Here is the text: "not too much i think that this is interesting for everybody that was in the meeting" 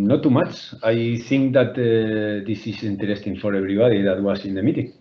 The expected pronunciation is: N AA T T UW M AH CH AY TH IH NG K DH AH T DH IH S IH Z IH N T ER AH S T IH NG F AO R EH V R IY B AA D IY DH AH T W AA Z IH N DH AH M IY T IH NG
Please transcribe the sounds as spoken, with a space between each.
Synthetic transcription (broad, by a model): N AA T T UW M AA CH AY TH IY NG K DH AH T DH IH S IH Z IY N T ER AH S T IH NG F AO R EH B R IY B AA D IY DH AH T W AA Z IH N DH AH M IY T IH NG